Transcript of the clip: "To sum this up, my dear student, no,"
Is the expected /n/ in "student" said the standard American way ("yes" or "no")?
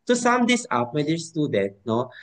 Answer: no